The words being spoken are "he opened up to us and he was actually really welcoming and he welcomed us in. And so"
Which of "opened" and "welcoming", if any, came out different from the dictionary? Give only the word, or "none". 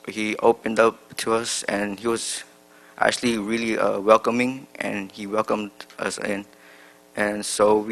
none